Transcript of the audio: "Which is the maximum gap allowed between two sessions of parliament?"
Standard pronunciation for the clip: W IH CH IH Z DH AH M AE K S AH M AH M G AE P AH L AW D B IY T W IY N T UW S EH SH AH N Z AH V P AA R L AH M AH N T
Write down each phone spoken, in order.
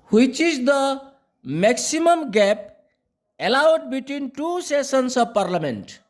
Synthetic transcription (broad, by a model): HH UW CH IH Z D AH M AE K S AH M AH M G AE P AH L AW D B IY T W IY N T UW S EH S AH N S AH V P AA R L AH M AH N T